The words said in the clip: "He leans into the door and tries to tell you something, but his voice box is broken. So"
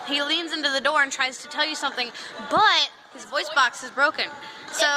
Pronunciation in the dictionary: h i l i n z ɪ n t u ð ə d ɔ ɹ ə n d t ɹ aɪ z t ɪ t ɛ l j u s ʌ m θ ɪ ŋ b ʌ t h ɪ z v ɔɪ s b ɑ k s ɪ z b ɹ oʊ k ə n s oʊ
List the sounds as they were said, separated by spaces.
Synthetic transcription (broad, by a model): h i l i n z ɪ n t u ð ə d ɔ ɹ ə n t ɹ aɪ z t ɪ t ɛ l j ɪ s ʌ m θ ɪ ŋ b ʌ t h ɪ z v ɔɪ s b ɑ k s ɪ z b ɹ oʊ k ə n s oʊ